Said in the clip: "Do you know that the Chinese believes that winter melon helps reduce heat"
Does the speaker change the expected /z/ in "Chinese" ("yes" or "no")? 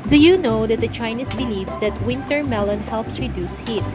yes